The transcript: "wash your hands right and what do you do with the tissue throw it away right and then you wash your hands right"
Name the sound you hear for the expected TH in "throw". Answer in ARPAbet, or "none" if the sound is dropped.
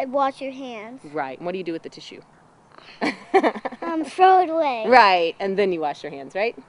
F